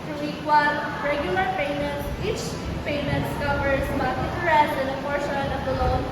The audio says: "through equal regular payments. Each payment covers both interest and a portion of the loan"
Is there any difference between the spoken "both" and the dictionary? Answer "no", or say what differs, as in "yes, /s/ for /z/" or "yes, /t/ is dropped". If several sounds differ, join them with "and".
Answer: yes, /t/ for /θ/